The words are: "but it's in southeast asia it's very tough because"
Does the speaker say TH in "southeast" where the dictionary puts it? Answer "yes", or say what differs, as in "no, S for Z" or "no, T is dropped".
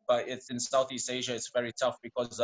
yes